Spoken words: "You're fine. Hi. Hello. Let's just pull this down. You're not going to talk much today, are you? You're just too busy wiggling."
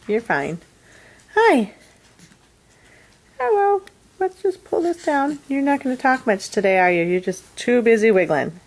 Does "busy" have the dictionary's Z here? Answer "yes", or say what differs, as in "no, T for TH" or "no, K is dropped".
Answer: yes